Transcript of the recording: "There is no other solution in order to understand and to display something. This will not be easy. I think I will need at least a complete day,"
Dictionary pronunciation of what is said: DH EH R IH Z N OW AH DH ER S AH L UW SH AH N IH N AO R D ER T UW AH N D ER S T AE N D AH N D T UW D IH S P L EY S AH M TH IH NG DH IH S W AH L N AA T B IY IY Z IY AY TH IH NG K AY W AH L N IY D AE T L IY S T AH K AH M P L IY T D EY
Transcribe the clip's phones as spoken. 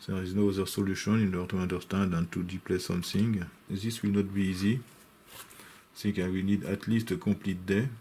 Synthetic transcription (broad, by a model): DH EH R IH Z N OW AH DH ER S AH L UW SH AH N IH N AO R T UW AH N D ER S T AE N D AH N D T UW D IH P L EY S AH M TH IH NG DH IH S W AH L N AA T B IY IY Z IY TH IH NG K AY W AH N IY D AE T L IY S T AH K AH P L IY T D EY